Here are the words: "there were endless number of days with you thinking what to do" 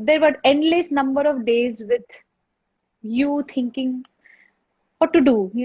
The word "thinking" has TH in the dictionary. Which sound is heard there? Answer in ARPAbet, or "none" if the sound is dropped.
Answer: T